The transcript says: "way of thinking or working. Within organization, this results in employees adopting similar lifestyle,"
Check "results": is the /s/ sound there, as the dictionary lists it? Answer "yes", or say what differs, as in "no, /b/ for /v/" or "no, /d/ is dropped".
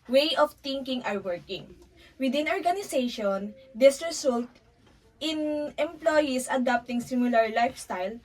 no, /s/ is dropped